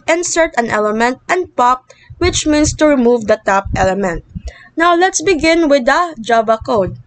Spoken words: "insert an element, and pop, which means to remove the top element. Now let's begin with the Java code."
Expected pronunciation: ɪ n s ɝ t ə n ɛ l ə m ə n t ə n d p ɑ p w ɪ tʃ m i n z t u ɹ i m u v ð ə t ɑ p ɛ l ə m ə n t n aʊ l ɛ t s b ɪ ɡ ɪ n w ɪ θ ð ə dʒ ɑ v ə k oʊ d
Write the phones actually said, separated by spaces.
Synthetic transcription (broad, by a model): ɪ n s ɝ t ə n ɛ l ə m ə n t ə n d p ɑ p w ɪ tʃ m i n s t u ɹ i m u v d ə t ɑ p ɛ l ə m ə n t n aʊ l ɛ t s b ɪ ɡ ɪ n w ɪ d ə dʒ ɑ b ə k oʊ d